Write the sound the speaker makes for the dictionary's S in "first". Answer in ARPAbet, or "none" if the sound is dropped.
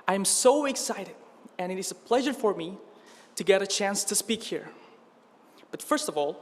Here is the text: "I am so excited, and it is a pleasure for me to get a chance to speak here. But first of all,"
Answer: S